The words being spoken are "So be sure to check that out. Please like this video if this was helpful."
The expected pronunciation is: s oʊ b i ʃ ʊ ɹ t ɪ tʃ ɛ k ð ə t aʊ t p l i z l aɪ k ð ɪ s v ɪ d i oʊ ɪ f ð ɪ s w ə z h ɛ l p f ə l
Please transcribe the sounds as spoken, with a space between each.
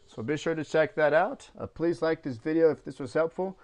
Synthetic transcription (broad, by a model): s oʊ b i ʃ ʊ ɹ t ɪ tʃ ɛ k ð ə t aʊ t p l i z l aɪ k ð ɪ s v ɪ d i oʊ ɪ f ð ɪ s w ə z h ɛ l p f l